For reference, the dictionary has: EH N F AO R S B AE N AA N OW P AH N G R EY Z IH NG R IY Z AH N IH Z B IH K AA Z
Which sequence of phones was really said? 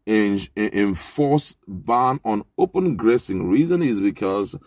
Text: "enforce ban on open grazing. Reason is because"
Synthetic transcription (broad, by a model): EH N F AO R S B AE N AA N OW P AH N G R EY S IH NG R IY Z AH N IH Z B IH K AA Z